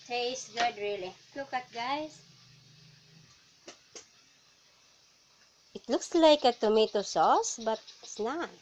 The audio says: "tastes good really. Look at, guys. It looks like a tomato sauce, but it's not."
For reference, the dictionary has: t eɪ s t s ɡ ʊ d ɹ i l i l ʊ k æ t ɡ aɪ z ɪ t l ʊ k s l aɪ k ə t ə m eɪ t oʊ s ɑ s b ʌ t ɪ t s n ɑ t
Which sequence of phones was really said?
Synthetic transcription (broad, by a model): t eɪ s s ɡ ʊ d ɹ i l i l ʊ k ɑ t ɡ aɪ s ɪ t l ʊ k s l aɪ k ə t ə m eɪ t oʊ s ɑ s b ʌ t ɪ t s n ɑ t